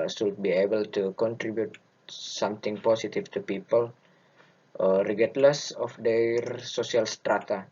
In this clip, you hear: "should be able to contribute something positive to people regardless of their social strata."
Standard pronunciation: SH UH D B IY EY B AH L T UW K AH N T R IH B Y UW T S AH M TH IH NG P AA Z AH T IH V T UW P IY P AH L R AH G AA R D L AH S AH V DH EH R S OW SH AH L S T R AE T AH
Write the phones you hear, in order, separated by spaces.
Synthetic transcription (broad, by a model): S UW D B IY EY B AH L T UW K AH N T R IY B Y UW T S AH M T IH NG P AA S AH T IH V T UW P IY P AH L R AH G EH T L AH S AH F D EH R S OW S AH L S T R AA T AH